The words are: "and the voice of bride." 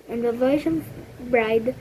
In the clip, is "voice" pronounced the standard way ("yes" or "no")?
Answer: no